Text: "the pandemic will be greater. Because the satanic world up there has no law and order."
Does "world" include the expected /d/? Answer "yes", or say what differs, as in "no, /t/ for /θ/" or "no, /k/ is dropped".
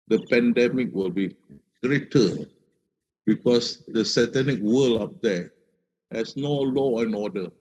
no, /d/ is dropped